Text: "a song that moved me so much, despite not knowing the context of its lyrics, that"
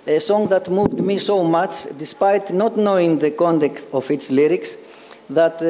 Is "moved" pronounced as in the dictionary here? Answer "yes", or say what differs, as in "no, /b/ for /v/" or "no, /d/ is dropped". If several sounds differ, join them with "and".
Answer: yes